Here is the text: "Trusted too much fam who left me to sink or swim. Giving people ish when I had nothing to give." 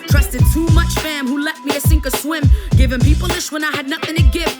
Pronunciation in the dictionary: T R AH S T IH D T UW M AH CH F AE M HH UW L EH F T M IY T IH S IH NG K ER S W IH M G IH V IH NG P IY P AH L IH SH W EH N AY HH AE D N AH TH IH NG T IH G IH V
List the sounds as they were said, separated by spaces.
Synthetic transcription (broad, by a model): T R AH S T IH D T UW M AH CH F AE M HH UW L EH T M IY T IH S IH NG K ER S W IH M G IH V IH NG P IY P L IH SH W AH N AY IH D N AH TH IH NG T IH G IH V